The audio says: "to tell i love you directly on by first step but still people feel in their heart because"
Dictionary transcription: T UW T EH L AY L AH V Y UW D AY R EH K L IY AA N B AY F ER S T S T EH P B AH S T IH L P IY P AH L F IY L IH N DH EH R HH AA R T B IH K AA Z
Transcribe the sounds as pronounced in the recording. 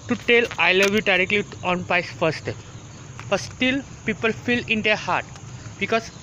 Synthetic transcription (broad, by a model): T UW T EH L AY L AH V Y UW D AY R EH K L IY AA N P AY F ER T S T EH B AH S T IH L P IY P AH L F IY L IH N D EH R HH AA R T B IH K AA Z